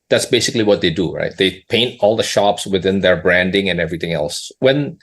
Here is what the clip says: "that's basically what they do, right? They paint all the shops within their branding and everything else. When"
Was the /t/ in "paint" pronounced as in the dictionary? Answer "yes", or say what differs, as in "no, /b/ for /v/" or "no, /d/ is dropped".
yes